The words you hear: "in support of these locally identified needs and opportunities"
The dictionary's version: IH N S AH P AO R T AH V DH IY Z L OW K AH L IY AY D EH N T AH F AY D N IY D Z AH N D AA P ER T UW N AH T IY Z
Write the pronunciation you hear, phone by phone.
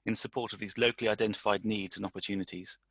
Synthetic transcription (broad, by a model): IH N S AH P AO T AH V DH IY Z L OW K AH L IY AY D EH N T AH F AY D N IY D Z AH N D AA P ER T UW N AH T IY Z